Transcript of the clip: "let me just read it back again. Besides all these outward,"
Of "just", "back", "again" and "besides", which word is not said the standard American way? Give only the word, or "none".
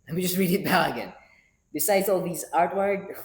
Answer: back